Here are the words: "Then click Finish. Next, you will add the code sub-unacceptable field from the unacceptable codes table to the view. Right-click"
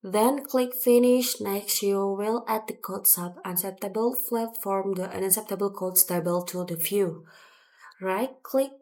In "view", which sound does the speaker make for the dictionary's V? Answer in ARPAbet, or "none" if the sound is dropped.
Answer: F